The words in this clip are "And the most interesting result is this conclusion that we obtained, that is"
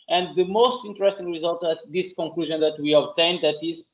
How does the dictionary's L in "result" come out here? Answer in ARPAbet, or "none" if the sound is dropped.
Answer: L